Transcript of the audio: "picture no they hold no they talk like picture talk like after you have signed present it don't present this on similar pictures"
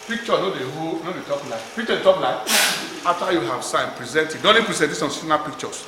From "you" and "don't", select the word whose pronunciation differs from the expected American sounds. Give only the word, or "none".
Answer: don't